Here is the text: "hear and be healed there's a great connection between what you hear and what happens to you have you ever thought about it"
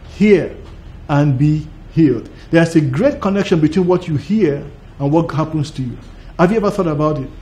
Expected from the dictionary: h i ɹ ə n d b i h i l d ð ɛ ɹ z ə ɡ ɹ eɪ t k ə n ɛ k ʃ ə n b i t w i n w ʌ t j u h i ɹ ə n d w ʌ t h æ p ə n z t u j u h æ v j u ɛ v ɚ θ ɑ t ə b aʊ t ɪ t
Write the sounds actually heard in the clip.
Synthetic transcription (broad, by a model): h i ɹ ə n b i h i l d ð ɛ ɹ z ə ɡ ɹ eɪ t k ə n ɛ k ʃ ə n b i t w i n w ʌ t j u h i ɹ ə n w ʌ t h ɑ p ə n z t u j u h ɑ v j u ɛ v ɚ θ ɑ t ə b aʊ t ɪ t